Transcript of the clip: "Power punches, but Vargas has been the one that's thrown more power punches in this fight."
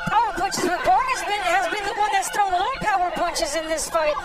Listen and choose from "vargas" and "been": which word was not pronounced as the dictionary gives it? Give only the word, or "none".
vargas